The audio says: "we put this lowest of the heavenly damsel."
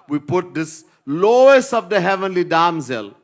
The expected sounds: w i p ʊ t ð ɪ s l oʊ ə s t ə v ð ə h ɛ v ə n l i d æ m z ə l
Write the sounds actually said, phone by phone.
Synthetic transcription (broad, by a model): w i p ʊ t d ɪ s l oʊ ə s ə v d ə h ɛ v ə n l i d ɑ m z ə l